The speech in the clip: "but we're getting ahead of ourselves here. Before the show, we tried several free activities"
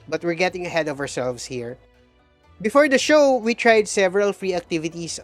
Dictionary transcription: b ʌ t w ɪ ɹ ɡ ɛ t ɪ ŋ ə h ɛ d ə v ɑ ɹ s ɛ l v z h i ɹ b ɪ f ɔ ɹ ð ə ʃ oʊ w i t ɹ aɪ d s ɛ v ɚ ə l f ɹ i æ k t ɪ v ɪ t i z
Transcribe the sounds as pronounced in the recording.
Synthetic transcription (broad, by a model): b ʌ t w ɪ ɹ ɡ ɛ t ɪ ŋ ə h ɛ d ə v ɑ ɹ s ɛ l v s h i ɹ b ɪ f ɔ ɹ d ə ʃ oʊ w i t ɹ aɪ d s ɛ v ɚ ə l f ɹ i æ k t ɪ v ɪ t i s